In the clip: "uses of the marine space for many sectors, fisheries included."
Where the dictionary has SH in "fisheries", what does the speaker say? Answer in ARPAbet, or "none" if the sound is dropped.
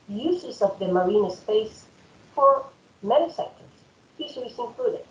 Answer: S